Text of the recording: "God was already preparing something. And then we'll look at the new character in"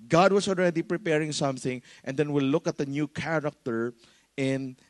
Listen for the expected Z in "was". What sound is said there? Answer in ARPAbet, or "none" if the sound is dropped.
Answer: S